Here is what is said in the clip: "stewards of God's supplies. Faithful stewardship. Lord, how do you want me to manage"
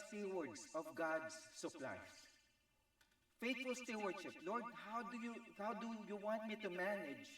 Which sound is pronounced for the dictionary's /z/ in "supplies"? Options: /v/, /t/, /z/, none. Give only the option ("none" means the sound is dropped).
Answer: none